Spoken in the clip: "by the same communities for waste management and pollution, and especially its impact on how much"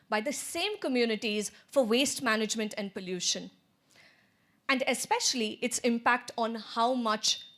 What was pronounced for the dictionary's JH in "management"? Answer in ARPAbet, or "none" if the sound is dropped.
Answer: JH